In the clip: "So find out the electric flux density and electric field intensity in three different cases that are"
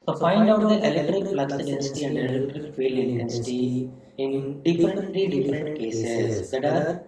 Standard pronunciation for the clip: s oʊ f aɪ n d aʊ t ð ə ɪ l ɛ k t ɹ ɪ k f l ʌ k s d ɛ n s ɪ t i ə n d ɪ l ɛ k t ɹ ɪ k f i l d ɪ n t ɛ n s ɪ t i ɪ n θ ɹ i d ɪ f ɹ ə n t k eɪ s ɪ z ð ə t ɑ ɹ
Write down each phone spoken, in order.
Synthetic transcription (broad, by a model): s oʊ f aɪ n d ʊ t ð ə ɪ l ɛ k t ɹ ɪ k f l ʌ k s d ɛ n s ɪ t i ə n d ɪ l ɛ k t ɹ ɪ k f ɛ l ɪ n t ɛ n s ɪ t i ɪ n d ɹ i d ɪ f ɹ ə n t k eɪ s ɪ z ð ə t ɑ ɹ